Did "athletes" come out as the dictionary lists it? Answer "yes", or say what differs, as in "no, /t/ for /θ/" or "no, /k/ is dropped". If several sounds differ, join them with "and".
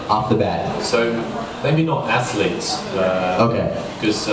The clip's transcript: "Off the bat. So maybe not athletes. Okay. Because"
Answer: no, /s/ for /θ/